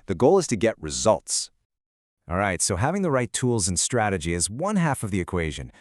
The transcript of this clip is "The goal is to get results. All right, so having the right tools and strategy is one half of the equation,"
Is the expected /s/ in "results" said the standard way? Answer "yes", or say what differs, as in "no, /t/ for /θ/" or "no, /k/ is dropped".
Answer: yes